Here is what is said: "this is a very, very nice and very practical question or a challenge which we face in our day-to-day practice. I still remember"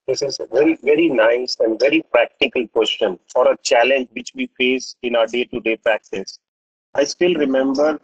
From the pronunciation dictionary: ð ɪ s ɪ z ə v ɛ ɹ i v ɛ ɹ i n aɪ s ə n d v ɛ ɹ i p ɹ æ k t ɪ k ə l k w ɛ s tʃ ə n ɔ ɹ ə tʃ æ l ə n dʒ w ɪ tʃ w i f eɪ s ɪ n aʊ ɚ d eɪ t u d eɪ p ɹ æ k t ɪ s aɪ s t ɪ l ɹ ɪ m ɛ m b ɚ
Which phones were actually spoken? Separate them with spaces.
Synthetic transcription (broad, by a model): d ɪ s ɪ z v ɛ ɹ i v ɛ ɹ i n aɪ s ə n d v ɛ ɹ i p ɹ æ k t ɪ k ə l k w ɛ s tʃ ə n ɔ ɹ ə tʃ æ l ə n dʒ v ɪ tʃ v i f eɪ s ɪ n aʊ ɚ d eɪ t u d eɪ p ɹ æ k t ɪ s aɪ s t ɪ l ɹ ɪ m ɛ m b ɚ